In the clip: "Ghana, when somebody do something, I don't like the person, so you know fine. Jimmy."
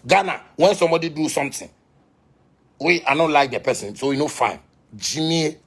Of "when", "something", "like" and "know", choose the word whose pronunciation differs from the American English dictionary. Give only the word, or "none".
something